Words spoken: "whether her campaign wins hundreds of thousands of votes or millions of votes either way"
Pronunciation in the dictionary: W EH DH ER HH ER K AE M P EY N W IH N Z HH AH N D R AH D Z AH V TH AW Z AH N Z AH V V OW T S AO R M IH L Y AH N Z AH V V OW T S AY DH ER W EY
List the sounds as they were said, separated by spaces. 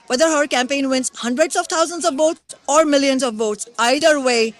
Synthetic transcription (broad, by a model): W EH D ER HH ER K AE M P EY N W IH N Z HH AH N D R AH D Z AH V T AW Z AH N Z AH V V OW T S AO R M IH L Y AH N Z AH V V OW T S AY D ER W EY